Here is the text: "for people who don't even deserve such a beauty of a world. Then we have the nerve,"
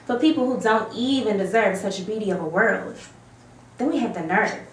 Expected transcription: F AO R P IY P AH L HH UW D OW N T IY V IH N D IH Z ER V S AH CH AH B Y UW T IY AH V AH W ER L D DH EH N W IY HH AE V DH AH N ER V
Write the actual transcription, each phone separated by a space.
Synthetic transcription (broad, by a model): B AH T P IY P L HH UW D OW N T IY V IH N D IH Z ER V S AH CH AH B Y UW T IY AH V AH W ER L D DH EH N W IY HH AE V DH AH N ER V